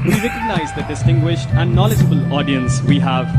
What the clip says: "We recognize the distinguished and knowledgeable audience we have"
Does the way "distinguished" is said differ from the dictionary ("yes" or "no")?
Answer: no